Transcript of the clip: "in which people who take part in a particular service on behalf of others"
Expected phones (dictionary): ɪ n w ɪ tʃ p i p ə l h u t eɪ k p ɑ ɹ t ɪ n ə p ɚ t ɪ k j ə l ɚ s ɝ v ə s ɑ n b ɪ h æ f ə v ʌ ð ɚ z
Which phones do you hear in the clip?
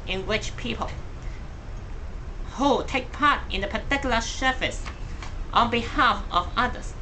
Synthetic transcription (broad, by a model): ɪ n w ɪ tʃ p i p ə l h u t eɪ k p ɑ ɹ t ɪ n ə p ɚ t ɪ k j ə l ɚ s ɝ f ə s ɑ n b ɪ h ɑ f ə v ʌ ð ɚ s